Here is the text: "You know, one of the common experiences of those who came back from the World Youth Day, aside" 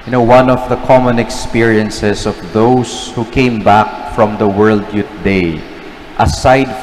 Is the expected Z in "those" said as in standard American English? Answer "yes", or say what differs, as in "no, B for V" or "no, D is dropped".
no, S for Z